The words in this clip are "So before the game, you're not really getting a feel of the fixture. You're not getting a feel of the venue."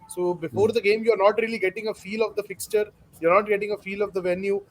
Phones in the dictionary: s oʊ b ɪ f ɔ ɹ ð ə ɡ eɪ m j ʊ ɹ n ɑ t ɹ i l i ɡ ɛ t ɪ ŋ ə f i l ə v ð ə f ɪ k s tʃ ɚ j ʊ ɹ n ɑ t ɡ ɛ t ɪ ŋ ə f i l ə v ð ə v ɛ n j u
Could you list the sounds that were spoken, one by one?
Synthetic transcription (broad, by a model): s oʊ b ɪ f ɔ ɹ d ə ɡ eɪ m j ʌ ɹ n ɑ t ɹ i l i ɡ ɛ t ɪ ŋ ə f i l ə v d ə f ɪ k s tʃ ɚ j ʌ ɹ n ɑ t ɡ ɛ t ɪ ŋ ə f i l ə v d ə v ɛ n j u